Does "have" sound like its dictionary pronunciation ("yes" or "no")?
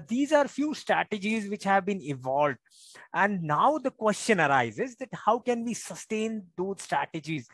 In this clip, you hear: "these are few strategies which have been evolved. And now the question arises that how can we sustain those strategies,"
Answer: yes